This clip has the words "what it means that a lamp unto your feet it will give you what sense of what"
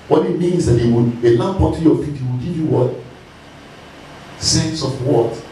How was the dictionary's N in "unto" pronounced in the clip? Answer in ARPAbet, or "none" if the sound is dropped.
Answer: none